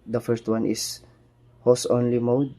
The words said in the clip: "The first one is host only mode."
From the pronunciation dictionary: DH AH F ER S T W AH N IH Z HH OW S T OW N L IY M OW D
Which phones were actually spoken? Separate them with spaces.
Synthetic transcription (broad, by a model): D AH F ER S T W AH N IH S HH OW S OW N L IY M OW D